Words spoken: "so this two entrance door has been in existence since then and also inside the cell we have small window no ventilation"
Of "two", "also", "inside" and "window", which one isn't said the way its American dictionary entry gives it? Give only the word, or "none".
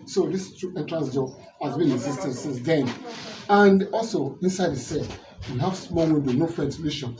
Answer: window